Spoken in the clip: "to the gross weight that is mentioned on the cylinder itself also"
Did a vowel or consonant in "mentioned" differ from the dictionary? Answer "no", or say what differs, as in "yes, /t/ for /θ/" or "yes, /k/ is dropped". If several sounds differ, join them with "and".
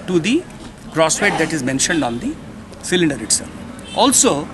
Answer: no